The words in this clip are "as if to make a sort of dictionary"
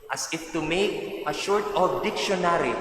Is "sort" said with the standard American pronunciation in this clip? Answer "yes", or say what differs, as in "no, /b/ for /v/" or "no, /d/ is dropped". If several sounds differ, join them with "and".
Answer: no, /ʃ/ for /s/